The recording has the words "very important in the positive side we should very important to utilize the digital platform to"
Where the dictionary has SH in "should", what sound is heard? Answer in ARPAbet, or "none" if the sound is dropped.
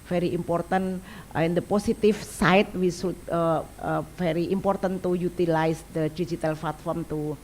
S